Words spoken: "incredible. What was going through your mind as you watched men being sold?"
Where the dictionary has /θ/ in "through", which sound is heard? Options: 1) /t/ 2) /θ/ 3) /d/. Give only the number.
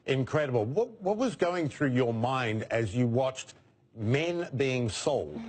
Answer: 2